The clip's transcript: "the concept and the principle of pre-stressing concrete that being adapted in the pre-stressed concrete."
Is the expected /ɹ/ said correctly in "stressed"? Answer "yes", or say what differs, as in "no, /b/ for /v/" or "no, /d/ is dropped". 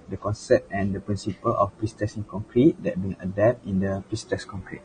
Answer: no, /ɹ/ is dropped